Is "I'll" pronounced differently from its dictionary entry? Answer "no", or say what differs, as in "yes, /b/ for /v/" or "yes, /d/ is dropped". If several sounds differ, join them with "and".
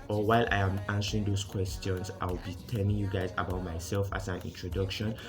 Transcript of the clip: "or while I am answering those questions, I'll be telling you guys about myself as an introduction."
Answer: yes, /w/ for /l/